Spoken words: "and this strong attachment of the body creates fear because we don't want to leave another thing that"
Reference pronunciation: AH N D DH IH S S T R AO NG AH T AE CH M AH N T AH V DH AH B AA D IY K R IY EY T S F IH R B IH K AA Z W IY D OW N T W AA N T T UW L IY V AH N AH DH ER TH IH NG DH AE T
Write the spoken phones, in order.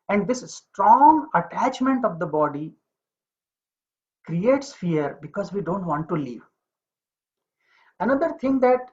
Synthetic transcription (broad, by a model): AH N D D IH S S T R AO NG AH T AE CH M AH N T AH V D AH B AA D IY K R IY EY T S F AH R B IH K AA Z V IY D OW N T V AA N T T UW L IY V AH N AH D ER T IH NG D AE T